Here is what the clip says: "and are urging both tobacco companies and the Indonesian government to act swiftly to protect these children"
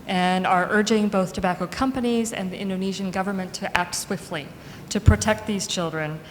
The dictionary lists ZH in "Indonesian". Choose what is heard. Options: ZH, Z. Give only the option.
ZH